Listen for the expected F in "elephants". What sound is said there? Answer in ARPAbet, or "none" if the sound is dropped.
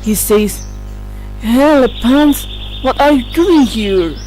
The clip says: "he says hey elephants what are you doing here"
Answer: P